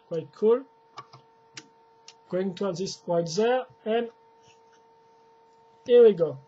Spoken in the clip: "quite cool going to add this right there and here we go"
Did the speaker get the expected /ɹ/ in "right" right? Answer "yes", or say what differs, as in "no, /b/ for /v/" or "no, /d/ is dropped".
no, /w/ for /ɹ/